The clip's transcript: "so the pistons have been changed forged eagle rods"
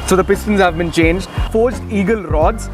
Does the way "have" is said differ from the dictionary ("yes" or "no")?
no